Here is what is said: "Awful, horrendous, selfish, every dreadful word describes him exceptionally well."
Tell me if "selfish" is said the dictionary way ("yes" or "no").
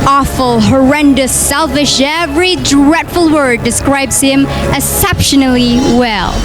yes